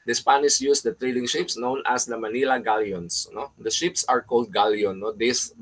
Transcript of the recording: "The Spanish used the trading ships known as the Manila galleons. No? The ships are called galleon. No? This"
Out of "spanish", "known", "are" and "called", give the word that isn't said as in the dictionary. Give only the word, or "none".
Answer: spanish